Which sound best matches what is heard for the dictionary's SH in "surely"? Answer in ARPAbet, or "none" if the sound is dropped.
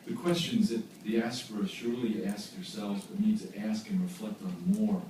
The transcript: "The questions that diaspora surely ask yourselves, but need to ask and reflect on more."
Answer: SH